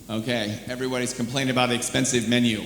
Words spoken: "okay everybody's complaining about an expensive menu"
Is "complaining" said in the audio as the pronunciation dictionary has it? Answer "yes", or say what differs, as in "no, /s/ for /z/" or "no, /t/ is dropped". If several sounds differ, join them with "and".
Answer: no, /n/ is dropped